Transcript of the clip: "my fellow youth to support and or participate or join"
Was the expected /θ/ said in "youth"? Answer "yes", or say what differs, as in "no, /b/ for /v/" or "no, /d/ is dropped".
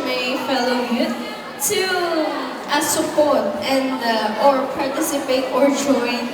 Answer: no, /t/ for /θ/